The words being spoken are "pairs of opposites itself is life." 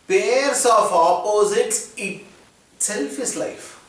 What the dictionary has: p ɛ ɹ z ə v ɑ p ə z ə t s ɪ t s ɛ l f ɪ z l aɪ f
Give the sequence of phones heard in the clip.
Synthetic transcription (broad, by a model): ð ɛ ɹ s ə f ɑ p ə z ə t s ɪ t ɛ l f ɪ s l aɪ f